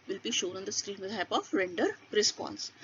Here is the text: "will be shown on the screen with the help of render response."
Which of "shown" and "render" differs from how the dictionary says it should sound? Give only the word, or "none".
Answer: none